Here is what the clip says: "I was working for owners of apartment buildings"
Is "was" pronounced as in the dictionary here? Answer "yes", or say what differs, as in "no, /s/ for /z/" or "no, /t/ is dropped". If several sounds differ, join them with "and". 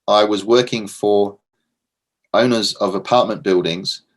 yes